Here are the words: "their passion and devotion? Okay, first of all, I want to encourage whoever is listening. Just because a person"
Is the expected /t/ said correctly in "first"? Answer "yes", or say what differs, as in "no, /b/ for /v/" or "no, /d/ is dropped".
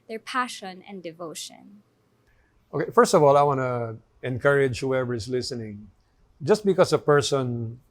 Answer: yes